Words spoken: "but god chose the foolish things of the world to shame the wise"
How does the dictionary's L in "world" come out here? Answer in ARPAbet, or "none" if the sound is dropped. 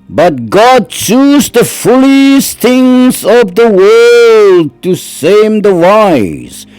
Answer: L